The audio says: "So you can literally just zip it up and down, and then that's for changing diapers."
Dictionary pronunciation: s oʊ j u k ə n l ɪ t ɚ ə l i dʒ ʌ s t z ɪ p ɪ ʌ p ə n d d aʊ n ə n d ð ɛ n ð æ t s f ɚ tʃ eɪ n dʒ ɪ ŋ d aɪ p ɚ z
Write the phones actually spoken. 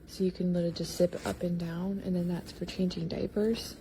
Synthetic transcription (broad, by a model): s oʊ j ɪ k ə n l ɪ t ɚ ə dʒ ʌ s t s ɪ p ʌ p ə n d d aʊ n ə n ð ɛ n ð æ t s f ɚ tʃ eɪ n dʒ ɪ ŋ d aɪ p ɚ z